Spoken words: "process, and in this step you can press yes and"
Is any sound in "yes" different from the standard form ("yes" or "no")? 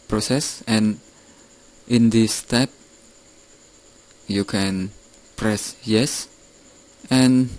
no